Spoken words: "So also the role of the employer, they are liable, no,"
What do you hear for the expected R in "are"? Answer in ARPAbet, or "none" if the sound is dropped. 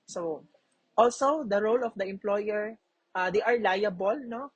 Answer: R